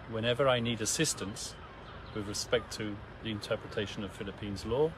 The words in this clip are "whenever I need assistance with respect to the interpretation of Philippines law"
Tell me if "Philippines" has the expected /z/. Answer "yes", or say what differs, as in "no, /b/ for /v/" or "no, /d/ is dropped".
yes